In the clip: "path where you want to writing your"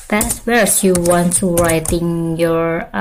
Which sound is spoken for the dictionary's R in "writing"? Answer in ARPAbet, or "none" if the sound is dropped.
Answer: R